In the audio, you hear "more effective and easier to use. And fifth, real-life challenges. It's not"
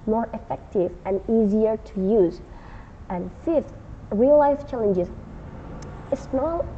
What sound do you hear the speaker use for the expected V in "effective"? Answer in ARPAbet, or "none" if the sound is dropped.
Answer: V